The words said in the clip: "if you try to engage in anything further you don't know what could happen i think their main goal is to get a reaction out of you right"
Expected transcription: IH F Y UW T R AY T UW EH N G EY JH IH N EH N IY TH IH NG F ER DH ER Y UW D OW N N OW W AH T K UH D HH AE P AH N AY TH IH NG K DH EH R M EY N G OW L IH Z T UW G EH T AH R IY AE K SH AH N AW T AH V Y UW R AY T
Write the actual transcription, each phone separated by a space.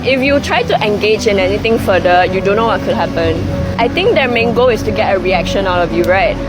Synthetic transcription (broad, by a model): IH F Y UW T R AY T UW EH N G EY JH IH N EH N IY T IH NG F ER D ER Y UW D OW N N OW W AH T K UH D HH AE P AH N AY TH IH NG K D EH M EY N G OW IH S T UW G EH T AH R IY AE K SH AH N AW T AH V Y UW R AY T